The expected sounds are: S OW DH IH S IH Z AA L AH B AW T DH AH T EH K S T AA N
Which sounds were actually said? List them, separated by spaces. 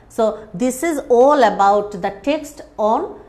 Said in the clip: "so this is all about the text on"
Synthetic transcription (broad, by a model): S OW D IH S IH Z AA L AH B AW T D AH T EH K S T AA N